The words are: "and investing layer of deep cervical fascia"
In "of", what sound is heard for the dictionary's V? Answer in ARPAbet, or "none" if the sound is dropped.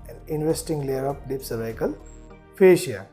P